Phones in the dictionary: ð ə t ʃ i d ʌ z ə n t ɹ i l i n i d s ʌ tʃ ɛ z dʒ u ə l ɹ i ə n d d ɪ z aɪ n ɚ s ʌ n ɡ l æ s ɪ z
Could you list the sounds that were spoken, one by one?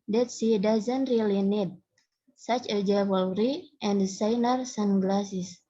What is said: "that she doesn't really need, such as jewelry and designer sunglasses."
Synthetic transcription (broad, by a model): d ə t s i d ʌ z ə n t ɹ i l i n i d s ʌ tʃ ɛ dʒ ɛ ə l ɹ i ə n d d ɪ s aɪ n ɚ s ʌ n ɡ l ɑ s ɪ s